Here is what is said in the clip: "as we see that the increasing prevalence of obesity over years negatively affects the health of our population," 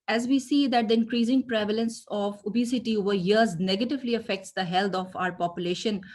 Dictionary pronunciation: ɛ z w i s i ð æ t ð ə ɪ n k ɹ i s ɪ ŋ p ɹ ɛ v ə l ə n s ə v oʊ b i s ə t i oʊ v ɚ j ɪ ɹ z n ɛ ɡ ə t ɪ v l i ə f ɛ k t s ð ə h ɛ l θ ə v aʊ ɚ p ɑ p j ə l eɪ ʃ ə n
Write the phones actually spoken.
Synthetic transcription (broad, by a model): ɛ z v i s i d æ t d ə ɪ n k ɹ i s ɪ ŋ p ɹ ɛ v ə l ə n s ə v oʊ b i s ə t i oʊ v ɚ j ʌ ɹ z n ɛ ɡ ə t ɪ v l i ə f ɛ k t s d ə h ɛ l t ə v aʊ ɚ p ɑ p j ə l eɪ ʃ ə n